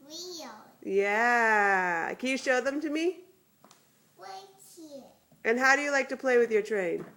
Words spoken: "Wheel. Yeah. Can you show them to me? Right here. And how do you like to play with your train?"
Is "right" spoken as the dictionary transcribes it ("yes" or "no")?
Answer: no